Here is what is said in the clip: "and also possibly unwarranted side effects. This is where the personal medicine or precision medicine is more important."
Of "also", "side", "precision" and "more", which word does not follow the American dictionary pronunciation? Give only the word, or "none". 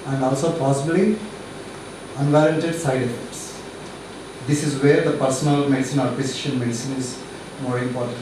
precision